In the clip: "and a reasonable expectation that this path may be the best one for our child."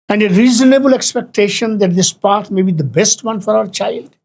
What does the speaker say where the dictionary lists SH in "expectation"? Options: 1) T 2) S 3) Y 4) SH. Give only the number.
4